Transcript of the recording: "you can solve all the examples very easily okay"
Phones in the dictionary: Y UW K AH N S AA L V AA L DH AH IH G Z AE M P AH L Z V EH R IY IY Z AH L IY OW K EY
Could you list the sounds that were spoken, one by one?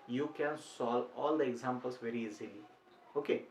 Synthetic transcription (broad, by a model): Y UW K AH N S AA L AA L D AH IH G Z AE M P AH L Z V EH R IY IY Z AH L IY OW K EY